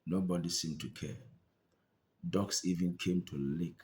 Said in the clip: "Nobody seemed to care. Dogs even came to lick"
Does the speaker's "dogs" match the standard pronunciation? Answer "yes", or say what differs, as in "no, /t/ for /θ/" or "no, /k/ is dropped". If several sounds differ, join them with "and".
no, /s/ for /z/